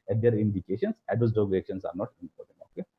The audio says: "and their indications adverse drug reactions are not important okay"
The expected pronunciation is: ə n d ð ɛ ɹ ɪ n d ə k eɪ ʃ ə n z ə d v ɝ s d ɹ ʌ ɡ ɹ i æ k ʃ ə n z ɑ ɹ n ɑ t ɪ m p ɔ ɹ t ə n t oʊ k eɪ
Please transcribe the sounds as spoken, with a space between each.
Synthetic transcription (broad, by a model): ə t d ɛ ɹ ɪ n d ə k eɪ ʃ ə n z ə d ɝ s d ʌ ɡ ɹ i k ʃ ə n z ɑ ɹ n ɑ t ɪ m p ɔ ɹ t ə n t oʊ k eɪ